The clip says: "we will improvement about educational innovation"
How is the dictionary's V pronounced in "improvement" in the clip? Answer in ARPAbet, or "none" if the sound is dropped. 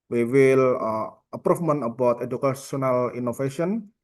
F